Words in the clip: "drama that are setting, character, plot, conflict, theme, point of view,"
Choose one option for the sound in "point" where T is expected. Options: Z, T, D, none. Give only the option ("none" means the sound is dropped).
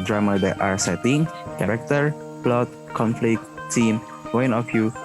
none